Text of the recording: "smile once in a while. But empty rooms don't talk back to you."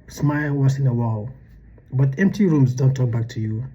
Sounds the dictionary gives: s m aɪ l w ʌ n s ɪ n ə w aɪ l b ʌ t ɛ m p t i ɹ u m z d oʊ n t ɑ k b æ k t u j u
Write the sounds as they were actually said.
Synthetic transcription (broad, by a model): s m aɪ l w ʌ s ɪ n ə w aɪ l b ʌ t ɛ m p t i ɹ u m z d oʊ n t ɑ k b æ k t u j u